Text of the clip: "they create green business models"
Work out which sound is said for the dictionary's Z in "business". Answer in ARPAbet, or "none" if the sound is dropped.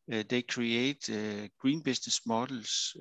S